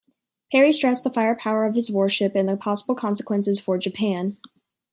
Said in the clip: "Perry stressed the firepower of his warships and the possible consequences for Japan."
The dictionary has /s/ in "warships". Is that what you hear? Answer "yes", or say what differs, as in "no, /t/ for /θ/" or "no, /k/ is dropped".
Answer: no, /s/ is dropped